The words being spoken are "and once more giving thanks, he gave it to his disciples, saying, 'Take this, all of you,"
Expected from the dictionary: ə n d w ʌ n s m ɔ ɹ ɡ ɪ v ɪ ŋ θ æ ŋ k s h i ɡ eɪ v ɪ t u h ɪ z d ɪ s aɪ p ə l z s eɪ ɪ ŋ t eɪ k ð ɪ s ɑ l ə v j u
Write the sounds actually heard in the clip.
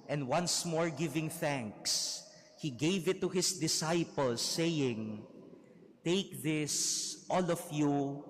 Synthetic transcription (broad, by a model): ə n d w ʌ n s m ɔ ɹ ɡ ɪ v ɪ ŋ θ æ ŋ k s h i ɡ eɪ v ɪ t u h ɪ s d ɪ s aɪ p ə l s eɪ ɪ ŋ t eɪ k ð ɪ s ɑ l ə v j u